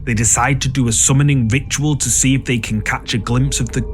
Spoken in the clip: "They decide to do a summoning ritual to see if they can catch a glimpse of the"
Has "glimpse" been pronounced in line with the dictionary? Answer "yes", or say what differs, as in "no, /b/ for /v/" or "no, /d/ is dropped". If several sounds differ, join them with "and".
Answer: yes